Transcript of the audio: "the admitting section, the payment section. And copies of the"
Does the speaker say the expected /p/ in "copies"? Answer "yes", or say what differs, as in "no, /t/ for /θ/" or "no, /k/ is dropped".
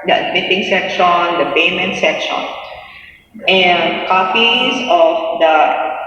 no, /f/ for /p/